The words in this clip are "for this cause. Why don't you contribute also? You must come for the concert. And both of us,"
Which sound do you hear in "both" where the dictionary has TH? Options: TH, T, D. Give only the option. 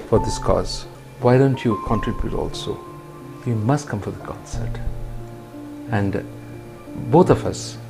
T